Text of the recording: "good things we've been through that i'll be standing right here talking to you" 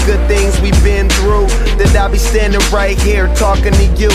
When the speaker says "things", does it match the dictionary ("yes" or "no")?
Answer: yes